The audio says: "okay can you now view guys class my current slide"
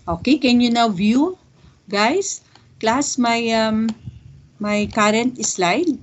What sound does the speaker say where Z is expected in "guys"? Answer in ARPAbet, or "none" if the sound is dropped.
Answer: S